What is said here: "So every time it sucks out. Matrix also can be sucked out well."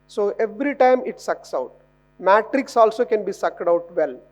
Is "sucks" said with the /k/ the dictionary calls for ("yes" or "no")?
yes